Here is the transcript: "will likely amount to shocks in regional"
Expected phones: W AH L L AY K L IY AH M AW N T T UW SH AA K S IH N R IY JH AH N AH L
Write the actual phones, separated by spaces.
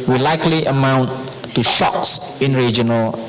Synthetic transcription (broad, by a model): W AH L L AY K L IY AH M AW N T T UW SH AA K S IH N R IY JH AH N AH L